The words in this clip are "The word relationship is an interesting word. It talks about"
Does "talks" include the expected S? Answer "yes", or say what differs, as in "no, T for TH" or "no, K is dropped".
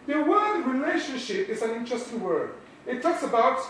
yes